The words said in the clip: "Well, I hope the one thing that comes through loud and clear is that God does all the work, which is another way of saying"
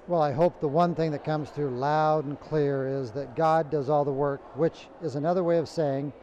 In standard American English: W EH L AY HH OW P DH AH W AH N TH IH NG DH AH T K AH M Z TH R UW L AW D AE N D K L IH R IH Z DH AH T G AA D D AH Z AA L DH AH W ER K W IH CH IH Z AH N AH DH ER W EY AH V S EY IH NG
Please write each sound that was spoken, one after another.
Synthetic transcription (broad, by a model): W EH L AY HH OW P DH AH W AH N TH IH NG DH AH T K AH M Z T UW L AW D N K L IH R IH Z DH AH T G AA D D AH Z AA L DH AH W ER K W IH CH IH Z AH N AH DH ER W EY AH V S EY IH NG